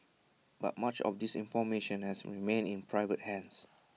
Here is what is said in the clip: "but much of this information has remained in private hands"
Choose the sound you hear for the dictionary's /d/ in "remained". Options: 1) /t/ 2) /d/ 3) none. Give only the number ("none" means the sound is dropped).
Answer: 3